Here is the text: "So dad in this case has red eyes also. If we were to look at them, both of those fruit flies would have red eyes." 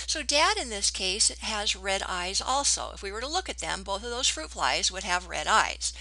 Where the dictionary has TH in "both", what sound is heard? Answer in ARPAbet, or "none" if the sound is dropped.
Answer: TH